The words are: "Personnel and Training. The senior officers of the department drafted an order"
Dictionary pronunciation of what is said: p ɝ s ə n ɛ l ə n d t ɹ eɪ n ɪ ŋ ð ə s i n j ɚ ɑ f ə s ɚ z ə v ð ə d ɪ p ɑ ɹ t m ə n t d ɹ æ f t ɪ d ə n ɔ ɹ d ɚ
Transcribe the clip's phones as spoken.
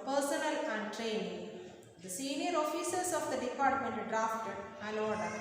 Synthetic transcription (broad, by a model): p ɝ s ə n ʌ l ə n d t ɹ eɪ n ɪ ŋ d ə s i n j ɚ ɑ f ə s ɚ s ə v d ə d ɪ p ɑ ɹ t m ə n t d ɹ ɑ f t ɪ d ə l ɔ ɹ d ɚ